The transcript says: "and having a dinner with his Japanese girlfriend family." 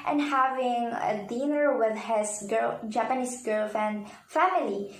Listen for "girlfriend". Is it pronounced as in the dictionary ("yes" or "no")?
no